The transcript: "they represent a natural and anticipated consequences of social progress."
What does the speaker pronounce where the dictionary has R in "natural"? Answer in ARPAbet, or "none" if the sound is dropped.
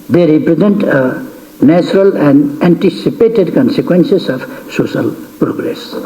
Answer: R